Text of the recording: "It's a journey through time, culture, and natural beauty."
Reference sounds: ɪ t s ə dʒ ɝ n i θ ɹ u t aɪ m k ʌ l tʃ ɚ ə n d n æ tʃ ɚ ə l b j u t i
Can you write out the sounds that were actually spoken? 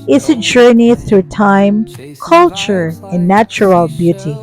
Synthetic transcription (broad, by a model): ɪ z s ə dʒ ɝ n i θ ɹ u t aɪ m k ʌ l tʃ ɚ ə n n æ tʃ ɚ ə l b j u t i